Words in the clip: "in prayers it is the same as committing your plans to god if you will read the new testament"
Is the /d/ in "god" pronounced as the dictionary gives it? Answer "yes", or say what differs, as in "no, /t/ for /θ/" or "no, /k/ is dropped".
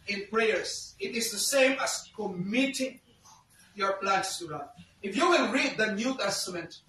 no, /d/ is dropped